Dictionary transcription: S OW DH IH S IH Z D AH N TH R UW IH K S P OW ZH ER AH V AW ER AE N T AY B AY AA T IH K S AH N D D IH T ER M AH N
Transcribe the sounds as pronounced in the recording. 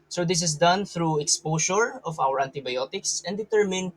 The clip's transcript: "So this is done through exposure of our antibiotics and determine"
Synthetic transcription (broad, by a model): S OW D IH S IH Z D AH N TH R UW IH K S P OW SH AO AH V AW ER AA N T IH B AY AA T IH K S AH N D D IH T ER M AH N